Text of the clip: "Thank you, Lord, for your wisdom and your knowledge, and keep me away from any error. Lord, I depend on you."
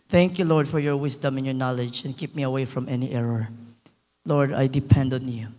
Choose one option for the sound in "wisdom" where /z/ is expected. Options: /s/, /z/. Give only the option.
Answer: /s/